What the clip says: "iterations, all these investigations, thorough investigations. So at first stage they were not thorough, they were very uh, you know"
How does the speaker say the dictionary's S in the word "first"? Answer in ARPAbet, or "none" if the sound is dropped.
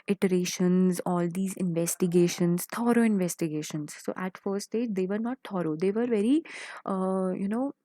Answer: none